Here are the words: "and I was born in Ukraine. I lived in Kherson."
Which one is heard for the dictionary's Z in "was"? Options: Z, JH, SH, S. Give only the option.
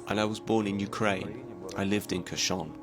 Z